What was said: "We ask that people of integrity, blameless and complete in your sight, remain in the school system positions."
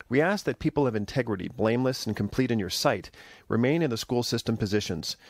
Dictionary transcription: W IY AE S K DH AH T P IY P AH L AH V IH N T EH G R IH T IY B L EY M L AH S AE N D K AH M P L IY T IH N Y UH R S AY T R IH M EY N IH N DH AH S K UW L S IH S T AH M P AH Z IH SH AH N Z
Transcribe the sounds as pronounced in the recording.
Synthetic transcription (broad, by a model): W IY AE S K DH AH T P IY P L AH V IH N T EH G R IH T IY B L EY M L AH S N K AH M P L IY T IH N Y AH R S AY T R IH M EY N IH N DH AH S K UW L S IH S T AH M P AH Z IH SH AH N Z